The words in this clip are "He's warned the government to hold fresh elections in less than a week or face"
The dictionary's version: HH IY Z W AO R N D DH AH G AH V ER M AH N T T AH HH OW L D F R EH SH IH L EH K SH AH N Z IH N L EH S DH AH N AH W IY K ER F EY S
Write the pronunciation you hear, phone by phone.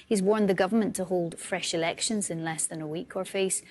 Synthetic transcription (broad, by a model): HH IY Z W AO R N DH AH G AH V ER M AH N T T AH HH OW L D F R EH SH IH L EH K SH AH N Z IH N L EH S DH AH N AH W IY K ER F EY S